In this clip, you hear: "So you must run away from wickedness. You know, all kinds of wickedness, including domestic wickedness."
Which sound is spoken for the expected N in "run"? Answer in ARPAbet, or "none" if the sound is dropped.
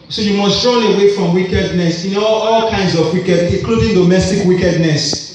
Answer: L